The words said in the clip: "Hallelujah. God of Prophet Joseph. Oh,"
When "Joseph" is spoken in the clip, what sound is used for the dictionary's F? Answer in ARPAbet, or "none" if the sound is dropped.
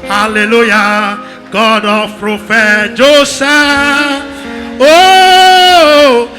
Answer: none